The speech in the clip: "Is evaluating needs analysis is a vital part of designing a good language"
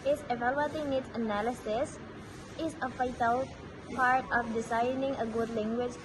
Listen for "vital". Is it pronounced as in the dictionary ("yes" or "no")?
no